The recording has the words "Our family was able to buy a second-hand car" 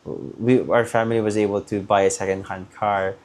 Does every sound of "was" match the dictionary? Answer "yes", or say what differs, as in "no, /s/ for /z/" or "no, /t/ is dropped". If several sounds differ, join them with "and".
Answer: yes